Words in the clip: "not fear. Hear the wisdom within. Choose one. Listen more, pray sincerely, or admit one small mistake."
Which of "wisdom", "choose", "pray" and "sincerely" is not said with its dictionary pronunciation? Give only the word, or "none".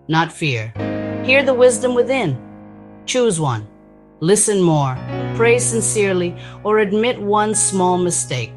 none